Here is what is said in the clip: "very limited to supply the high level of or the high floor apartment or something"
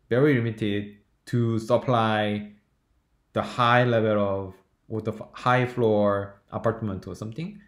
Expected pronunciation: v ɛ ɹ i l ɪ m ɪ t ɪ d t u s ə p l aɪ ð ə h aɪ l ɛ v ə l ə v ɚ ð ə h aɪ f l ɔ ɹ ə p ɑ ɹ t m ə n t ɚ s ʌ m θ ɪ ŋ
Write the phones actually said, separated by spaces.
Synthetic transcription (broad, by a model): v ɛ ɹ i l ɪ m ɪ t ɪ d t u s ə p l aɪ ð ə h aɪ l ɛ v ə l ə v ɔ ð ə h aɪ f l ɔ ɹ ə p ɑ ɹ t m ə n t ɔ s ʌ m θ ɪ ŋ